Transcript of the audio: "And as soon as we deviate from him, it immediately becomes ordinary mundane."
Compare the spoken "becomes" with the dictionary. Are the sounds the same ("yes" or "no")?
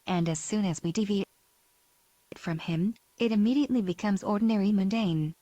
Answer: yes